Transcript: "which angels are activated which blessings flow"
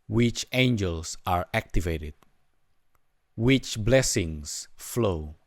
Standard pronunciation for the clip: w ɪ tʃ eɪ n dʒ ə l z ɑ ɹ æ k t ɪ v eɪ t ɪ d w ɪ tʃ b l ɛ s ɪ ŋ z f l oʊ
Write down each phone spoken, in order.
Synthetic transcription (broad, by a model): w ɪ tʃ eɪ n dʒ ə l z ɑ ɹ æ k t ɪ v eɪ t ɪ d w ɪ tʃ b l ɛ s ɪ ŋ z f l oʊ